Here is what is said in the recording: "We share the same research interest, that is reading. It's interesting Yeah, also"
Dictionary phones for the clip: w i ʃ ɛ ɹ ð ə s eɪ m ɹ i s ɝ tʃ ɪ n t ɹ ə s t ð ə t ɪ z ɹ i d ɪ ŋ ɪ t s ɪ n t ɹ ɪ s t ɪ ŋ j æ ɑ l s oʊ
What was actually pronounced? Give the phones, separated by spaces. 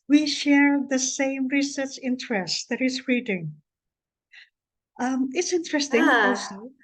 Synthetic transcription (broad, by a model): w i ʃ ɛ ɹ ð ə s eɪ m ɹ i s ɝ tʃ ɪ n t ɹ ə s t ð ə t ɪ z ɹ i d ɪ ŋ ɪ t s ɪ n t ɹ ɪ s t ɪ ŋ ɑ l s oʊ